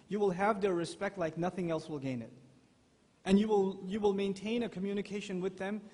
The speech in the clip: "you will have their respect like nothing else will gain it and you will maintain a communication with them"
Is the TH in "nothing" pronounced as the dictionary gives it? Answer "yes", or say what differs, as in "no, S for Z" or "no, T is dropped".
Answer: yes